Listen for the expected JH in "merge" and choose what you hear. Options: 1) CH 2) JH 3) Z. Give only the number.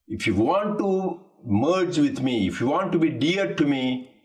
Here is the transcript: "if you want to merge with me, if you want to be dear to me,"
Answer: 2